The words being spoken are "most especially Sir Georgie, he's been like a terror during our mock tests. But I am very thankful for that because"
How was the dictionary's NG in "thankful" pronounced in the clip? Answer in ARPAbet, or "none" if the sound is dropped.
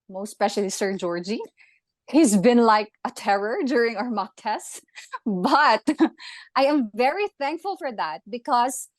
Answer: NG